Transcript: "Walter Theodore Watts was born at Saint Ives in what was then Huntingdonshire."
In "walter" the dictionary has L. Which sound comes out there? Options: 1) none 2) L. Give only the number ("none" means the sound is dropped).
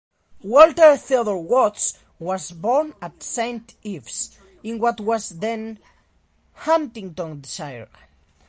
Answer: 2